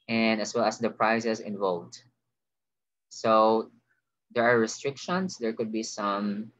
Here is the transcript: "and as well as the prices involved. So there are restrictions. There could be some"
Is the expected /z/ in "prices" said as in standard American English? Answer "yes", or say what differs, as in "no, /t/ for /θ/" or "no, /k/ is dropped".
no, /s/ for /z/